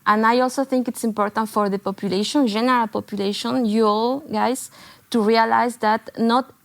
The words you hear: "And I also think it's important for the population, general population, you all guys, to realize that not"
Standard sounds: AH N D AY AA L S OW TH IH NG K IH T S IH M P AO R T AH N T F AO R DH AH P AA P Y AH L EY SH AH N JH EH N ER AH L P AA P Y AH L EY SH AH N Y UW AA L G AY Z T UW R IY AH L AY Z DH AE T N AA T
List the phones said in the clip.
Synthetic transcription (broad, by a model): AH N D AY AA L S OW TH IH NG K IH T S IH M P AO R T AH N T F AO R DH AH P AA P Y AH L EY SH AH N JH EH N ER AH L P AA P Y AH L EY SH AH N Y UW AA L G AY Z T UW R IY AH L AY Z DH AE T N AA T